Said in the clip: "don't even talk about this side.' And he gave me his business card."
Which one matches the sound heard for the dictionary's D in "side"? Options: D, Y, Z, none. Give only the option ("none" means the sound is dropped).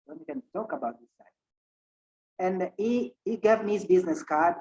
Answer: none